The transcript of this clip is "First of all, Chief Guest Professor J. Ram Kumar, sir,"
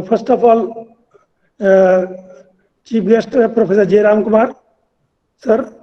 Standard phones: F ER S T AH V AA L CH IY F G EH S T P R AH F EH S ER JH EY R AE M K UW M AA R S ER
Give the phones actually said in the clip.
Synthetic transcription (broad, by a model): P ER S T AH P AA L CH IY P G EH S T P R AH P EH S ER JH EY R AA M K UW M AA R S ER